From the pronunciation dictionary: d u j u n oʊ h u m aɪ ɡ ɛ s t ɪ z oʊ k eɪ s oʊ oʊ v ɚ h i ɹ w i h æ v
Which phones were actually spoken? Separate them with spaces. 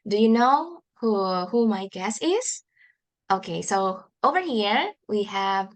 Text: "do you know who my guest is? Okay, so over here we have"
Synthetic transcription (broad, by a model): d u j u n oʊ h u m aɪ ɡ ɛ s ɪ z oʊ k eɪ s oʊ oʊ v ɚ h i ɹ w i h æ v